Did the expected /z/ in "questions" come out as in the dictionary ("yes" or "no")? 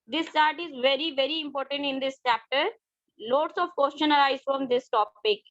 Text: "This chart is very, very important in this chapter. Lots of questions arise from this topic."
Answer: no